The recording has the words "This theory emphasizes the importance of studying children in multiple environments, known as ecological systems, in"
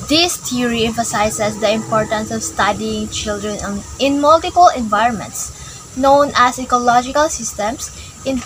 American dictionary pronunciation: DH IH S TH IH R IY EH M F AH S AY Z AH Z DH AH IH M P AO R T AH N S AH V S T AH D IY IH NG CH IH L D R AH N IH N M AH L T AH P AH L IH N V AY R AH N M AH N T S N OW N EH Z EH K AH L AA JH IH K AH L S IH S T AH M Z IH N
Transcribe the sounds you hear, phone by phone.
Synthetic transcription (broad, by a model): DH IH S T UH R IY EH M F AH S AY S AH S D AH IH M P AO R T AH N S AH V S T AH D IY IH NG CH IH L D R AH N IH N M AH L T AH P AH L IH N V AY R AH N M AH N T S N OW N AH S EH K AH L AA JH IH K AH L S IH S T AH M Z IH N